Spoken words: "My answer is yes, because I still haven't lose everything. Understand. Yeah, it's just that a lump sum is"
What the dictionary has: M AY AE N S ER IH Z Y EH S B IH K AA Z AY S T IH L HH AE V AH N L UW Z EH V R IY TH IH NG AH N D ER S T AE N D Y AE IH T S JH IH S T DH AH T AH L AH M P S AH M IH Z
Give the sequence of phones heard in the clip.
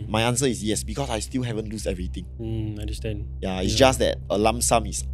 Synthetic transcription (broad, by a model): M AY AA N S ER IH S Y EH S B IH K AA S AY S T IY L HH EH V AH N L UW S EH V R IY T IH NG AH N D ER S T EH N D Y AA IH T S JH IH S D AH T AH L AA M S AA M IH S